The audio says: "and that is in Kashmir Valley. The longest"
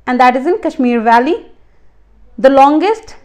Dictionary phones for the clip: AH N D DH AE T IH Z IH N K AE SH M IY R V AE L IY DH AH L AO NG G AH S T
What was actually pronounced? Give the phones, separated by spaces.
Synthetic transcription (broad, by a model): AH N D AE T IH Z IH N K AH SH M IY R V AE L IY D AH L AO NG G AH S T